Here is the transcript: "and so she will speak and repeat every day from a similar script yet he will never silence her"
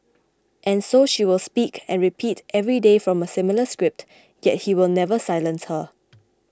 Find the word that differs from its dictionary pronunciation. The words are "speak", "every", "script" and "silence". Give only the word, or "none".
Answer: none